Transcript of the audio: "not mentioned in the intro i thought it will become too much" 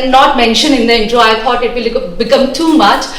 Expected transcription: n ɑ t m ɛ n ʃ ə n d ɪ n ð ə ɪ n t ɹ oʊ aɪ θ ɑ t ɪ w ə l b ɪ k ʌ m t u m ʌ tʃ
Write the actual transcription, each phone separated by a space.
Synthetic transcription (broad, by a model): n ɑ t m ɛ n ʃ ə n ɪ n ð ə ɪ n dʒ oʊ aɪ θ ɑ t ɪ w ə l b ɪ k ʌ m t u m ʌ tʃ